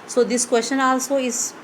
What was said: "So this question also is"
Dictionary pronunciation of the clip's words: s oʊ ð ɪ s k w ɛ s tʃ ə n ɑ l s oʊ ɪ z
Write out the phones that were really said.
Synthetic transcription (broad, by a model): s oʊ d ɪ s k w ɛ s tʃ ə n ɑ l s oʊ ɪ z